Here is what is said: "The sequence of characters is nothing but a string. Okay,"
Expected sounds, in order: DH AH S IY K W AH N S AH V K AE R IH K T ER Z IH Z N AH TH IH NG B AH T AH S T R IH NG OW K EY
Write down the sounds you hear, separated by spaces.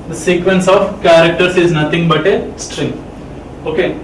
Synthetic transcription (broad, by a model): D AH S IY K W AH N S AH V K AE R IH K T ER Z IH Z N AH T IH NG B AH T AH S T R IH NG OW K EY